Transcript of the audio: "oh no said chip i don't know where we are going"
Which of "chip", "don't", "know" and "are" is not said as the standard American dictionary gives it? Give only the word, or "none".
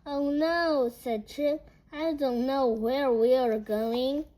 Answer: chip